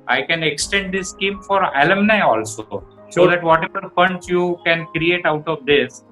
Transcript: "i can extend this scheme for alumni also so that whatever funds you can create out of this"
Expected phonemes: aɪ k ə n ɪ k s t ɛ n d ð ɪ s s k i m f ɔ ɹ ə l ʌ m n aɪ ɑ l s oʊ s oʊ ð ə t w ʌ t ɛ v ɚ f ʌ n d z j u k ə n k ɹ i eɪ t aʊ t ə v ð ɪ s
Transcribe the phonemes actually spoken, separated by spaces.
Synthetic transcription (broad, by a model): aɪ k ə n ɪ k s t ɛ n d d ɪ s s k i m f ɔ ɹ ə l ʌ m n aɪ ɑ l s oʊ s oʊ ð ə t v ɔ t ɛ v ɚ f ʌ n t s j u k ə n k ɹ i eɪ t aʊ t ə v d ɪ s